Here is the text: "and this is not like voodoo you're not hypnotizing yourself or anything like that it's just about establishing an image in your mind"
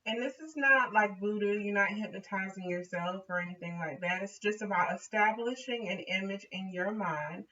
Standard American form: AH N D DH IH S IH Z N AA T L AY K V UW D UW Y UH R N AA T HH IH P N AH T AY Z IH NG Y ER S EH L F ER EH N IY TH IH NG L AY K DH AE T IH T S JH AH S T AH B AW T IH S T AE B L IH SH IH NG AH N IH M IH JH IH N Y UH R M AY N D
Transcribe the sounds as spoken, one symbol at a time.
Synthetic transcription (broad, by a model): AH N DH IH S IH Z N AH T L AY K B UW D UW Y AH R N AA T HH IH P N AH T AY Z IH NG Y ER S EH L F ER EH N IY TH IH NG L AY K DH AE T IH T S JH AH S T AH B AW T IH S T AE B L IH SH IH NG AH N IH M IH JH IH N Y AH R M AY N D